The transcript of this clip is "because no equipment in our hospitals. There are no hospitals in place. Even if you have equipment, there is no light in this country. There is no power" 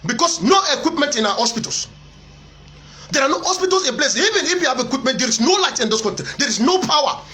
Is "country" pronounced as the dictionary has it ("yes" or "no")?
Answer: no